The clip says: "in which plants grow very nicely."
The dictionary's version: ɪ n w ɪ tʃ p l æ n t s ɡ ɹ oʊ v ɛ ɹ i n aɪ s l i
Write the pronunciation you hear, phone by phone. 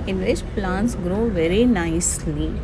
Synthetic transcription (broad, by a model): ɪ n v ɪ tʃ p l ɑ n t s ɡ ɹ oʊ v ɛ ɹ i n aɪ s l i